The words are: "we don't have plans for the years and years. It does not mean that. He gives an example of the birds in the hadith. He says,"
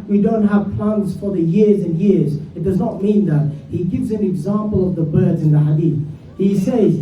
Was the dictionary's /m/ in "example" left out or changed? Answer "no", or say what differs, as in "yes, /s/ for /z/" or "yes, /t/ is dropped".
no